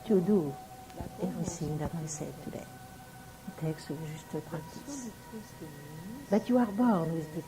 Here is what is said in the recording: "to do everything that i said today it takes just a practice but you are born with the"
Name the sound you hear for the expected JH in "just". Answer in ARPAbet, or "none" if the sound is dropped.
ZH